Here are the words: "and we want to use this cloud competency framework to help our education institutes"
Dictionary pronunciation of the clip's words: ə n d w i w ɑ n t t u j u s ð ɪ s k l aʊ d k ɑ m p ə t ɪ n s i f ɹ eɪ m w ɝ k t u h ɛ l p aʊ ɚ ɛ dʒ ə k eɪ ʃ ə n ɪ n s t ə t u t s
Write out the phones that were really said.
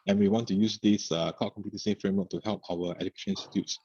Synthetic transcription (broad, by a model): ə n w i w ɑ n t t u j u s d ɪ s k aʊ k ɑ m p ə t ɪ s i f ɹ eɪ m w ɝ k t u h ɛ l p aʊ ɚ ɛ dʒ ə k eɪ ʃ ə n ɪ n s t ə t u t s